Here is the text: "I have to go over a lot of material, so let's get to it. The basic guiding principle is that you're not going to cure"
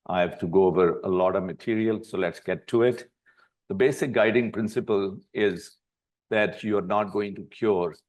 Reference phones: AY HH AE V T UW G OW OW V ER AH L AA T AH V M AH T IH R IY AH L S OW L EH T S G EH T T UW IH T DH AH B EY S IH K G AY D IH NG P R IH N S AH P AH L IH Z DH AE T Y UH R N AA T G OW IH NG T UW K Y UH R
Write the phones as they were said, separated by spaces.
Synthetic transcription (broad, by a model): AY HH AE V T UW G OW OW V ER AH L AA T AH V M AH T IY R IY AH L S OW L EH T S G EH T T UW IH T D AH B EY S IH K G AY D IH NG P R IH N S AH P AH L IH Z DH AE T Y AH R N AA T G OW IH NG T UW K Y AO R